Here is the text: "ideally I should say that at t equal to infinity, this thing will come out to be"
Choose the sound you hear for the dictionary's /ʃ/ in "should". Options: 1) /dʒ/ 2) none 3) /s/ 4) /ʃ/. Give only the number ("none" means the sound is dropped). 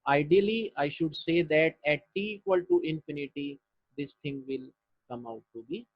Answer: 4